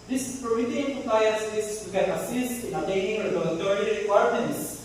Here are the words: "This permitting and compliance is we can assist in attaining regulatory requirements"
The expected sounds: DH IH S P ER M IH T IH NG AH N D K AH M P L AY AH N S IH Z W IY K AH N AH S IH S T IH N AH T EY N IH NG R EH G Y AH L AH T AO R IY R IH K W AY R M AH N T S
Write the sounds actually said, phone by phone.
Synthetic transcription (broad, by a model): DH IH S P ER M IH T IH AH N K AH P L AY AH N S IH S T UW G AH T AH S IH S T IH N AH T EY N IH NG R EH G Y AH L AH T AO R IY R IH K W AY R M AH N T S